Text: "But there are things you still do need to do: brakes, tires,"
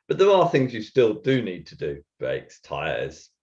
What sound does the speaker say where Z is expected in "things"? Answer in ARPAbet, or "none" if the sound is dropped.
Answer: Z